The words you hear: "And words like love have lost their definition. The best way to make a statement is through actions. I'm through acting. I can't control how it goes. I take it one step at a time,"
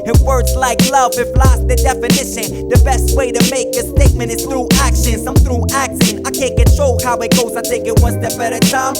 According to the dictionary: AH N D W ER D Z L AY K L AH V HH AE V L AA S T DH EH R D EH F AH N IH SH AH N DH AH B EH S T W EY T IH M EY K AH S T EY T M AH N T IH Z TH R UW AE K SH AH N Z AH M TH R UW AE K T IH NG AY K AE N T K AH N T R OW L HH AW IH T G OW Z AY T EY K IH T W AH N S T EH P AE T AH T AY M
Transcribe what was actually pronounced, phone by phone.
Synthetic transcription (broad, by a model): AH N W ER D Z L AY K L AH V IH F L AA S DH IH D EH F AH N IH SH AH N DH AH B EH S T W EY T IH M EY K AH S T EY T M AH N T IH Z TH R UW AE K SH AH N S AH M TH R UW AE K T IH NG AY K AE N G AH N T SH OW HH AW IH T G OW Z AY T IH K IH T W AH N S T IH B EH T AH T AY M